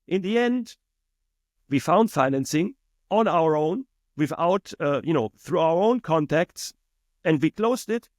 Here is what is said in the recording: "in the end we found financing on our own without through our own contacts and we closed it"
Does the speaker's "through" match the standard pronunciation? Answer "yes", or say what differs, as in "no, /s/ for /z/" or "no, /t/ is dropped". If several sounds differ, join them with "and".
yes